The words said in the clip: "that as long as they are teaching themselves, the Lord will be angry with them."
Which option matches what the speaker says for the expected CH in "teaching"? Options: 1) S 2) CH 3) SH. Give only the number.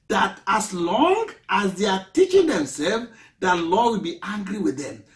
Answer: 2